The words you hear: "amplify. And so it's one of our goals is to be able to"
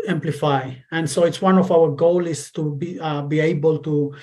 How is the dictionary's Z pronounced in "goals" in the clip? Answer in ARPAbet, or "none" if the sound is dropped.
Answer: none